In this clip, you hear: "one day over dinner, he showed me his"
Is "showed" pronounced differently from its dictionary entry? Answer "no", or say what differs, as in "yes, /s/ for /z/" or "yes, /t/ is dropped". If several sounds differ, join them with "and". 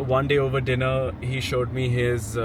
no